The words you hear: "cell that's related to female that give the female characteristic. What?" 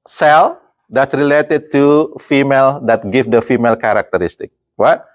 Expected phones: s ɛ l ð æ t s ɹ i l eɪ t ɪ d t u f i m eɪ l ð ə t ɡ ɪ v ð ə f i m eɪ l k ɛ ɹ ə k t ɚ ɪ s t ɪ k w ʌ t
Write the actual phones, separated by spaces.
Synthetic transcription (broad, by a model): s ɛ l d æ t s ɹ i l eɪ t ɪ d t u f i m eɪ l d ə t ɡ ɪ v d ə f i m eɪ l k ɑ ɹ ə k t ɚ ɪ s t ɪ k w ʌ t